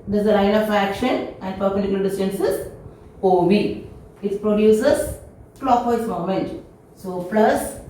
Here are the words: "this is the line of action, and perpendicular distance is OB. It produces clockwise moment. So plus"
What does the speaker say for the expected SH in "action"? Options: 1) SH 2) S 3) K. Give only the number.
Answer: 1